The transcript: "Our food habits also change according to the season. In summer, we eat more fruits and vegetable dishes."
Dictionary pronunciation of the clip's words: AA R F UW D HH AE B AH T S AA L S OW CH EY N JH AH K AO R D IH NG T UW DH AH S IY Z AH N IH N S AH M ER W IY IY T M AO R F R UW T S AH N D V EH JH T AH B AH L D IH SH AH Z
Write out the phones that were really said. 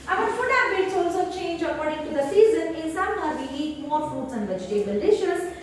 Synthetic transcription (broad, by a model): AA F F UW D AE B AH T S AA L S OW CH EY N JH AH K AO R D IH NG T UW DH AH S IY Z AH N IH N S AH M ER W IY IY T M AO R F UW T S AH N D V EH JH T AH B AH L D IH SH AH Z